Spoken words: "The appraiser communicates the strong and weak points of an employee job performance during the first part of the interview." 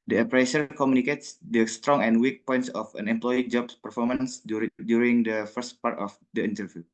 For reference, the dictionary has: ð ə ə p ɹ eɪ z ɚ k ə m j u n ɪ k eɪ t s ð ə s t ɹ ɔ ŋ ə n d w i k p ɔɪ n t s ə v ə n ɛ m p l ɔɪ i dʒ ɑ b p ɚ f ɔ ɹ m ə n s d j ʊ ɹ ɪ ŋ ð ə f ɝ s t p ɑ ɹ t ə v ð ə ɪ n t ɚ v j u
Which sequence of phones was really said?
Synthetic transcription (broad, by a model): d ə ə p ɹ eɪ s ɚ k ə m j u n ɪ k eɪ t s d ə s t ɹ ɔ ŋ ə n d w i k p ɔɪ n t s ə f ə n ɛ m p l ɔɪ i dʒ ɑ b p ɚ f ɔ ɹ m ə n s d j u ɹ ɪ ŋ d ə f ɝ s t p ɑ ɹ t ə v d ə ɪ n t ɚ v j u